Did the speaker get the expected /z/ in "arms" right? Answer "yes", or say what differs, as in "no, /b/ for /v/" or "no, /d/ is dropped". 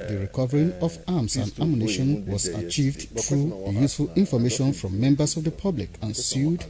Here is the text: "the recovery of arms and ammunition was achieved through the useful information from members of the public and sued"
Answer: no, /s/ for /z/